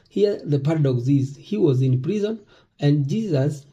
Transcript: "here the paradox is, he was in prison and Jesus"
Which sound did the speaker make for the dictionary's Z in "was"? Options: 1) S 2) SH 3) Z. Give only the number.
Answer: 3